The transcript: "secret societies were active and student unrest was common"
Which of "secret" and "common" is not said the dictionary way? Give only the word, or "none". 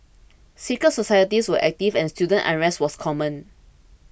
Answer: secret